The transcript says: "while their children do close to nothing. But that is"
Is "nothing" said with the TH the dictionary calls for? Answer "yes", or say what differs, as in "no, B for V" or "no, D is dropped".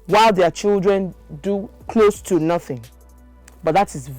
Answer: yes